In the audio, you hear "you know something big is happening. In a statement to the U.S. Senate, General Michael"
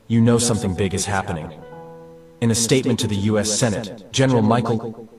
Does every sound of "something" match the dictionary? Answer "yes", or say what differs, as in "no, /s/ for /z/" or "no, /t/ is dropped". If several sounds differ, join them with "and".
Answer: yes